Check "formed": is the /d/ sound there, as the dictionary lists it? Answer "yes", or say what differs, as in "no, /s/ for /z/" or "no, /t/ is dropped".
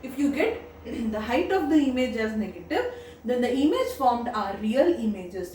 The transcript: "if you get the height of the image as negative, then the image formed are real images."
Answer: yes